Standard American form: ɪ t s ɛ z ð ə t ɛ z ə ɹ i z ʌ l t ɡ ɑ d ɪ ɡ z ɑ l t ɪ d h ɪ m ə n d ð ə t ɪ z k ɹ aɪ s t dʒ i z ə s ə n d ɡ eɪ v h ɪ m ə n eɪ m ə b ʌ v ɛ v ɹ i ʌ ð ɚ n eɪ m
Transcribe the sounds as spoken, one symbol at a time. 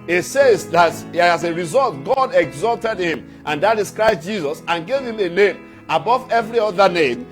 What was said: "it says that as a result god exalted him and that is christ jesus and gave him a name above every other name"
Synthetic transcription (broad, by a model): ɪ t s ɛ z ð ə t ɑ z ə ɹ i z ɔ l t ɡ ɑ d ɪ ɡ z ɑ l t ɪ d h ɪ m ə n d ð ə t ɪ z k ɹ aɪ s t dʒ i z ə s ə n ɡ eɪ v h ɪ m ə n eɪ m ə b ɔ v ɛ v ɹ i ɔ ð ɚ n eɪ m